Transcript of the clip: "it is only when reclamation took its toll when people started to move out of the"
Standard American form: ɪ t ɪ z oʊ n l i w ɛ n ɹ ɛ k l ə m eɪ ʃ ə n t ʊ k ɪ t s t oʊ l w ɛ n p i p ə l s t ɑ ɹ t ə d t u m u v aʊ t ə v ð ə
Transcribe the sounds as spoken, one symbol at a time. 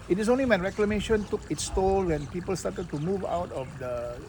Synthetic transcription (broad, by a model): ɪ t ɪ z oʊ n l i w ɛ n ɹ ɛ k l ə m eɪ ʃ ə n t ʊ k ɪ t s t oʊ l w ɛ n p i p ə l s t ɑ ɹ t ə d t u m u v aʊ t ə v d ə